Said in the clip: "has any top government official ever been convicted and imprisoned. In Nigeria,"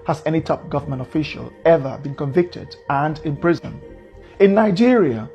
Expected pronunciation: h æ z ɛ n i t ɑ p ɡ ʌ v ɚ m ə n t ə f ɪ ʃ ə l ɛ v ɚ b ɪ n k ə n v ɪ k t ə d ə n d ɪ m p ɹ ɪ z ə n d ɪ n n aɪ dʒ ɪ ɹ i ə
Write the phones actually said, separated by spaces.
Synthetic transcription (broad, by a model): h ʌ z ɛ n i t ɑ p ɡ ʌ v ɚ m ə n t ə f ɪ ʃ ə l ɛ v ɚ b ɪ n k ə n v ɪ k t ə d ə n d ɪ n p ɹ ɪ z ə n ɪ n n aɪ dʒ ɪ ɹ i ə